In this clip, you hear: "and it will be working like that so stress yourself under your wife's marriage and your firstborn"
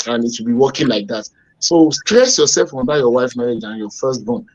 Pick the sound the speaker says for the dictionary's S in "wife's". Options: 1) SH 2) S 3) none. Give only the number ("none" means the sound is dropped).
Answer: 3